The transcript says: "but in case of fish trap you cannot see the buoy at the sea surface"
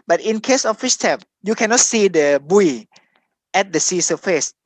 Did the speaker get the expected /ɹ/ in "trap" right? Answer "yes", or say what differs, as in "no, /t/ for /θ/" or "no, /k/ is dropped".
no, /ɹ/ is dropped